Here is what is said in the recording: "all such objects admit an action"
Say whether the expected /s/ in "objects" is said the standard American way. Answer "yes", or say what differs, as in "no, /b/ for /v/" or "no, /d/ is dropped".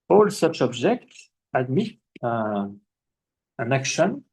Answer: yes